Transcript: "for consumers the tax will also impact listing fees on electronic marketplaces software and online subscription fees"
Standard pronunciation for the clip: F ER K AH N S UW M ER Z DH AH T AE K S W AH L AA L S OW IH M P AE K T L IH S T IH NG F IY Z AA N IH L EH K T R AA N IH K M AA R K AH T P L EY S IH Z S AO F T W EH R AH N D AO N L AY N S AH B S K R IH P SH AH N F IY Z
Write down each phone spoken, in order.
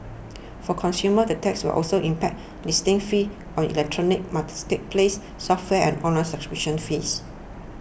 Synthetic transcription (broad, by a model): F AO K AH N S UW M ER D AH T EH K S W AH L AA L S OW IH M P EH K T L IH S T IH NG F IY AA N IH L EH K T R AA N IH K M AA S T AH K P L EY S S AO F T W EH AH N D AO N L AY N S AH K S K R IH SH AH N F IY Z